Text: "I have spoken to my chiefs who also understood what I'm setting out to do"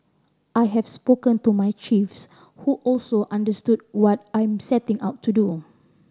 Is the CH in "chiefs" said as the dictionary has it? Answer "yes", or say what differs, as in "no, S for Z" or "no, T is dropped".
yes